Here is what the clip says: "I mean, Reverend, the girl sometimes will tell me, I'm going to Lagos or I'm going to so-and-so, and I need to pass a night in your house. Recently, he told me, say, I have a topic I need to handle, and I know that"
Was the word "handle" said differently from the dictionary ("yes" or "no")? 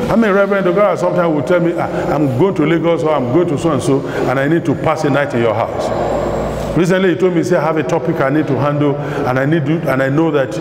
yes